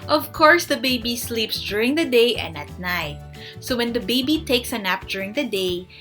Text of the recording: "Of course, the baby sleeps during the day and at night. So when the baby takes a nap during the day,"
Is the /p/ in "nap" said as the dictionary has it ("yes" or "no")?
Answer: yes